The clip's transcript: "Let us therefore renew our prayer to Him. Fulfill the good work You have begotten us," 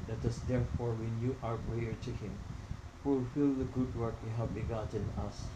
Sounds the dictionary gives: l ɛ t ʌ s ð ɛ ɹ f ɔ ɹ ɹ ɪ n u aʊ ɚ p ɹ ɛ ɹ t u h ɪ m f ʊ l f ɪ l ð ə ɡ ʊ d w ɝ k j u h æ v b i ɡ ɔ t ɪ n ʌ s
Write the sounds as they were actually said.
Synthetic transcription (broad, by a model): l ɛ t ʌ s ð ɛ ɹ f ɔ ɹ w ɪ n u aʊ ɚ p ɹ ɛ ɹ t u h ɪ m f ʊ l f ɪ l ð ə ɡ ʊ d w ɝ k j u h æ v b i ɡ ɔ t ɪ n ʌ s